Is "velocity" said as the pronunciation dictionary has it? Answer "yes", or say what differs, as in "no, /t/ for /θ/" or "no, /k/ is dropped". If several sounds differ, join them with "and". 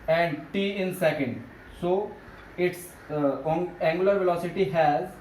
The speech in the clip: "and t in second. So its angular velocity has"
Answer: yes